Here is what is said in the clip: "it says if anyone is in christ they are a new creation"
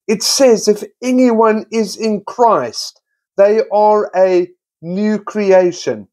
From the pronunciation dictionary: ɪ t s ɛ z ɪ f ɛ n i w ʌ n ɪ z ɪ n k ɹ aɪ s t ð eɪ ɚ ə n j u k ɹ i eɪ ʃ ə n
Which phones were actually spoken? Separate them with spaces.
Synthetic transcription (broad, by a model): ɪ t s ɛ z ɪ f ɛ n i w ʌ n ɪ z ɪ n k ɹ aɪ s t ð eɪ ɚ ə n j u k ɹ i eɪ ʃ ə n